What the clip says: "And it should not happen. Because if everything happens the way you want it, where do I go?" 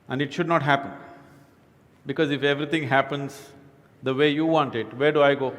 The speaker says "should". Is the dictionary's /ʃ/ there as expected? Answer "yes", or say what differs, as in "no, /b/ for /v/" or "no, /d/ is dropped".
yes